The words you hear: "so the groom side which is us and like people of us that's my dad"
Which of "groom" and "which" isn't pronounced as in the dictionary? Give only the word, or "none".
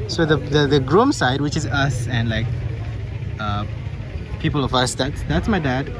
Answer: none